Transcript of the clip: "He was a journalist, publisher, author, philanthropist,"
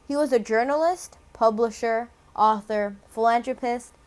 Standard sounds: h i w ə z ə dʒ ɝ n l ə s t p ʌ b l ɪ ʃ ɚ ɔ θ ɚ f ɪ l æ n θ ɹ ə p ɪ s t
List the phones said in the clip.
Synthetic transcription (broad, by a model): h i w ə z ə dʒ ɝ n l ə s t p ʌ b l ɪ ʃ ɚ ɔ θ ɚ f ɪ l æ n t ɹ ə p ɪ s t